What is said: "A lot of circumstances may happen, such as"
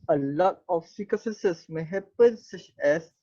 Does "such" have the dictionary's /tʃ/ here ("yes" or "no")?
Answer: yes